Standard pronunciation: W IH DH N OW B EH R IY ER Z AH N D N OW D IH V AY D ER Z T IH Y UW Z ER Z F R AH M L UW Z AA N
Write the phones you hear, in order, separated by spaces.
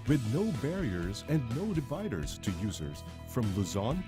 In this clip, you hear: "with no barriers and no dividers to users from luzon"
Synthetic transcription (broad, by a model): W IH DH N OW B EH R IY ER Z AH N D N OW D IH V AY D ER Z T IH Y UW Z ER Z F R AH M L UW Z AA N